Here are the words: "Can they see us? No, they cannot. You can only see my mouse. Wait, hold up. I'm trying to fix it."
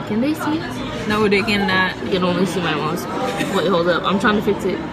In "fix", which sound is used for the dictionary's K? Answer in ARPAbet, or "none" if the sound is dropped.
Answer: K